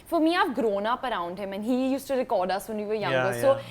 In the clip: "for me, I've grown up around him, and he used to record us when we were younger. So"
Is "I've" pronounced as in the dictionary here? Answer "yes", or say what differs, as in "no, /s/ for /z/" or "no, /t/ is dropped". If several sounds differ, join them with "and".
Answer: no, /p/ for /v/